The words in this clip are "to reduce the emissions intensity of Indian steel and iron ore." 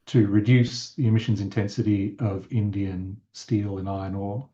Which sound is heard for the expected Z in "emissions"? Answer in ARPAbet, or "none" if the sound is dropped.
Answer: Z